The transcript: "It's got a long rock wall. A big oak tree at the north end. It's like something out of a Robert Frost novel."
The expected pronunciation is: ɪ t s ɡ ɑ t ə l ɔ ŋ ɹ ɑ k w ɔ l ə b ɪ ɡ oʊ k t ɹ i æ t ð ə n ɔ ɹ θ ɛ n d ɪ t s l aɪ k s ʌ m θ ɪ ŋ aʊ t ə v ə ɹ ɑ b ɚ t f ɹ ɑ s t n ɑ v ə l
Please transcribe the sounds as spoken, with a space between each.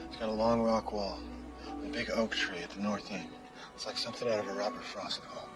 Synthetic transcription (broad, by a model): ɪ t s ɡ ɑ t ə l ɔ ŋ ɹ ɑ k w ɔ l ə b ɪ ɡ oʊ k t ɹ i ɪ t ð ə n ɔ ɹ θ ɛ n ɪ t s l aɪ k s ʌ m θ ɪ ŋ aʊ t ə v ə ɹ ɑ b ɚ t f ɹ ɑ s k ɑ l